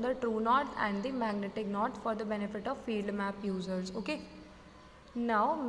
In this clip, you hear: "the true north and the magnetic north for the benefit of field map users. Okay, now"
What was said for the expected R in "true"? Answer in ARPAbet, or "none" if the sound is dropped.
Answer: R